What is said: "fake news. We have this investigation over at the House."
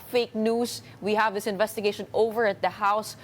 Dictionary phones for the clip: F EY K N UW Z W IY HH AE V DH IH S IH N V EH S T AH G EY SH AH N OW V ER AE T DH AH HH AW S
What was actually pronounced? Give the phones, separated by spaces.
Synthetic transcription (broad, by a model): F EY K N UW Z W IY HH AE V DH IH S IH N V EH S T AH G EY SH AH N OW V ER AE T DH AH HH AW S